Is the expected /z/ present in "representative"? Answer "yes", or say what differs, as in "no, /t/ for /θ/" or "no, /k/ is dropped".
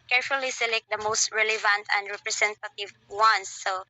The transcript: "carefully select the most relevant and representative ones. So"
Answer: no, /s/ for /z/